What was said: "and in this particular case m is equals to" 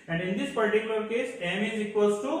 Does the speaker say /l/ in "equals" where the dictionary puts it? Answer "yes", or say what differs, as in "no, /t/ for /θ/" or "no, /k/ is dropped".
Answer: no, /l/ is dropped